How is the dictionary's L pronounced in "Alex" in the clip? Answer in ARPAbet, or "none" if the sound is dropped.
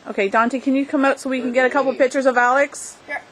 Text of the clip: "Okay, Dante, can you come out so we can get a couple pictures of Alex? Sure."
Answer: L